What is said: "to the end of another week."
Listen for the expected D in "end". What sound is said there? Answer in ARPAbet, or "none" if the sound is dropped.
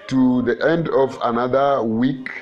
D